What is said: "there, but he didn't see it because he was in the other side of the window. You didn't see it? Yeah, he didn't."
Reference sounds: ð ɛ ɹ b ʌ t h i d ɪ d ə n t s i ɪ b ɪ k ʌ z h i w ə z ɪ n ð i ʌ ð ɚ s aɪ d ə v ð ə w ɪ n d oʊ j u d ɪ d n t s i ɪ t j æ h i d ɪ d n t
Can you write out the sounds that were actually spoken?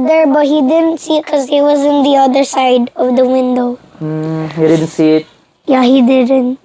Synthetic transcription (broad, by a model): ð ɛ ɹ b ʌ t h i d ɪ d ə n t s i ɪ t k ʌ z h i w ə z ɪ n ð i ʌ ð ɚ s aɪ d ə v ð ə w ɪ n d oʊ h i d ɪ d n t s i ɪ t j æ h i d ɪ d n t